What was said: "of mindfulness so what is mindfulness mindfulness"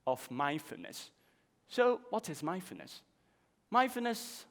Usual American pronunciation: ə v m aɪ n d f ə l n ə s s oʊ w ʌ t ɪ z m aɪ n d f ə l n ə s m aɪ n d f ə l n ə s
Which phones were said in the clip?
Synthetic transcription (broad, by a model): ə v m aɪ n f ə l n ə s s oʊ w ʌ t ɪ z m aɪ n f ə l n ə s m aɪ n f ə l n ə s